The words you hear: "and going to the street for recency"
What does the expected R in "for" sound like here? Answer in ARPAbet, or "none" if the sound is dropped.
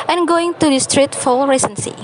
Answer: L